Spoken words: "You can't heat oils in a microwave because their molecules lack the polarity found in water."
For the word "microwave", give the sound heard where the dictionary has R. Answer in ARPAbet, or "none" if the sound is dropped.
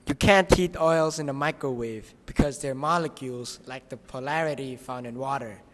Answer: R